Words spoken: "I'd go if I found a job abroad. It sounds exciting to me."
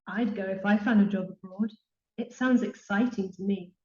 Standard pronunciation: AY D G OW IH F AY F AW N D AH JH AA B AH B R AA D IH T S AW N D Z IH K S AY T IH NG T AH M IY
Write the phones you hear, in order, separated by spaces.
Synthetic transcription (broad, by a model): AY D G OW IH F AY F AW N D AH JH AA B AH B R AA D IH T S AW N D Z IH K S AY T IH NG T AH M IY